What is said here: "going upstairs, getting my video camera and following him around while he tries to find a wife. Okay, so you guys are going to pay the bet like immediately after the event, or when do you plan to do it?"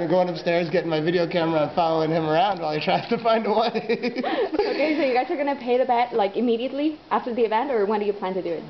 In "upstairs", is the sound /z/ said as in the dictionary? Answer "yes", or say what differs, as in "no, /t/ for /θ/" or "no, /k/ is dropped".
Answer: yes